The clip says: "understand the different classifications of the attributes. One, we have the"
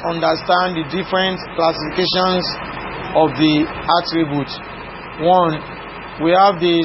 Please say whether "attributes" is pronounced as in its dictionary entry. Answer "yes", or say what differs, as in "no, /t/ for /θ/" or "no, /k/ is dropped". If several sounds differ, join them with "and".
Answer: no, /s/ is dropped